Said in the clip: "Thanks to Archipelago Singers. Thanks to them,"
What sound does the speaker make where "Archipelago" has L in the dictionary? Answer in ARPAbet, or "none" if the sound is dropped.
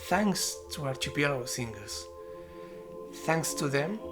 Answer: none